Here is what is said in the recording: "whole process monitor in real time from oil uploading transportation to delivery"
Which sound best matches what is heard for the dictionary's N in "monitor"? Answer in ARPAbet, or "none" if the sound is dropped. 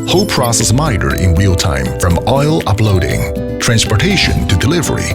none